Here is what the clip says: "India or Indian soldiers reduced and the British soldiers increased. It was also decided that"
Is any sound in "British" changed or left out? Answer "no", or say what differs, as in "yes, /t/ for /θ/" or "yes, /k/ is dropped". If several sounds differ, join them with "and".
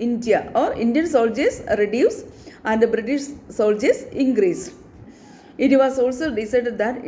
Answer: no